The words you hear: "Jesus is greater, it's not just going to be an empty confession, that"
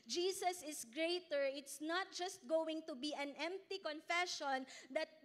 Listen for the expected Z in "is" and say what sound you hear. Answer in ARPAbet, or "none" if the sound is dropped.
S